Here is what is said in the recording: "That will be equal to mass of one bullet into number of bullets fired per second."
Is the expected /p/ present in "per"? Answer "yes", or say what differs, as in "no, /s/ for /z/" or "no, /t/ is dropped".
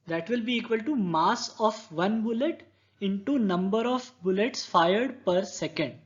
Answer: yes